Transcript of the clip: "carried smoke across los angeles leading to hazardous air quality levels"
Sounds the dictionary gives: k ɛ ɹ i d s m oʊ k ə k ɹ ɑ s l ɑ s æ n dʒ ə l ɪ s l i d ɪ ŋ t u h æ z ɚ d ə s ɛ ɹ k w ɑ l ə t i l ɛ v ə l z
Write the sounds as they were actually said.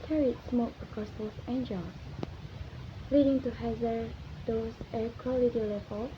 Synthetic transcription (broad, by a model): k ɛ ɹ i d s m oʊ k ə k ɑ s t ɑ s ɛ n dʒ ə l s l i d ɪ ŋ t u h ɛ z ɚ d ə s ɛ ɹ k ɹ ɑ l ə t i l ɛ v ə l